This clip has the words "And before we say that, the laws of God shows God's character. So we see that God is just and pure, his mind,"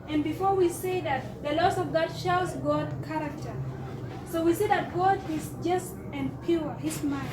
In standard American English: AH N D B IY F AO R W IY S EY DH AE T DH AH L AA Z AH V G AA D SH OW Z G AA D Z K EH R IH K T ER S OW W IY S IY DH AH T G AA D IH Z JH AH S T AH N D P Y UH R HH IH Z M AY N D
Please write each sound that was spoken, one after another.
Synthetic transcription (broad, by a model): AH N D B IY F AO R W IY S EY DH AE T DH AH L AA S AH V G AA D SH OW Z G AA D K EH R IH K T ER S OW W IY S IY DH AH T G AA D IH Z JH AH S T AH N P Y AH R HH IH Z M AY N